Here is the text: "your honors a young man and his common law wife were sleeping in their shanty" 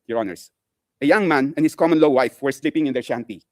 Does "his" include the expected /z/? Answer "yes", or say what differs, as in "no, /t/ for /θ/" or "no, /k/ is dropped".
no, /s/ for /z/